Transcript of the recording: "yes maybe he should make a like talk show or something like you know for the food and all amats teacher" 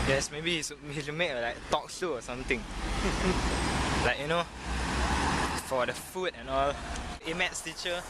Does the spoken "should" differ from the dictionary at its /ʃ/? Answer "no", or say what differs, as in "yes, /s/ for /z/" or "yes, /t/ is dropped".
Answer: yes, /s/ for /ʃ/